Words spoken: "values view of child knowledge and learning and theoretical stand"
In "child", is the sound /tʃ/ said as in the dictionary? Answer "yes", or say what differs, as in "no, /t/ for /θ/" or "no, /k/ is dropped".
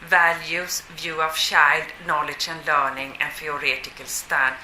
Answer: no, /ʃ/ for /tʃ/